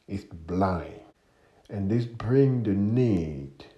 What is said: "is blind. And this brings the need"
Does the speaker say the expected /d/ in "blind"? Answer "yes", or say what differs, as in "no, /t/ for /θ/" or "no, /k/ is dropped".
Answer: no, /d/ is dropped